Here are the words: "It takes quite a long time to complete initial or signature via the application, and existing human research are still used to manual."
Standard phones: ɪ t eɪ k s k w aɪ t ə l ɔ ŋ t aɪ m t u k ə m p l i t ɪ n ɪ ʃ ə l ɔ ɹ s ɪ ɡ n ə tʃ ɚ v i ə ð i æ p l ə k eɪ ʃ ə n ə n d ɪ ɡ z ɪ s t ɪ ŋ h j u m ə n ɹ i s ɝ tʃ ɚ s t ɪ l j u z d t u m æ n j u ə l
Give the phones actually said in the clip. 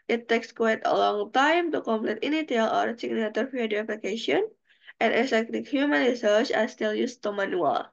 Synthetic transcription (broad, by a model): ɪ t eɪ k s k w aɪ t ə l ɔ ŋ t aɪ m t u k ə m p l i t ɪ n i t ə l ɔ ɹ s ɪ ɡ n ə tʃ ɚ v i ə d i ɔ p l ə k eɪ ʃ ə ə n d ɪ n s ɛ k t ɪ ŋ h j u m ə n ɹ i s ɝ tʃ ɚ s t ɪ l j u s t u m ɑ n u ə l